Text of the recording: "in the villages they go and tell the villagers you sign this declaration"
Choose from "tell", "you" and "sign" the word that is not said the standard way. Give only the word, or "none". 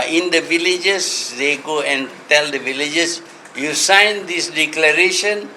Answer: none